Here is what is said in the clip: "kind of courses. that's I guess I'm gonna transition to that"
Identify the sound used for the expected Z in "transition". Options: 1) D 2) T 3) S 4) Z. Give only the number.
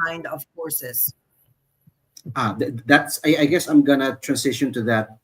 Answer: 3